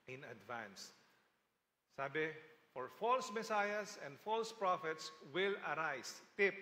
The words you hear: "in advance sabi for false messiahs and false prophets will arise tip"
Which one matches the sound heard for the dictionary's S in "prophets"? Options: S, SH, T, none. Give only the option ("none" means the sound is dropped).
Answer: S